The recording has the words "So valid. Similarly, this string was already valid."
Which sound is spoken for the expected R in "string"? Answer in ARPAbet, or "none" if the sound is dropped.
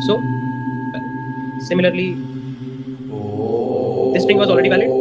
none